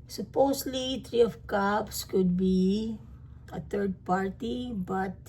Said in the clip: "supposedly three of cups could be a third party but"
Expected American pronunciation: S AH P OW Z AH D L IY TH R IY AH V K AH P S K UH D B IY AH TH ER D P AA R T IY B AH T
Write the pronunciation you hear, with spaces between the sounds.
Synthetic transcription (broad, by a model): S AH P OW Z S L IY T R IY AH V K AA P S K UH D B IY AH T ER D P AA R T IY B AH T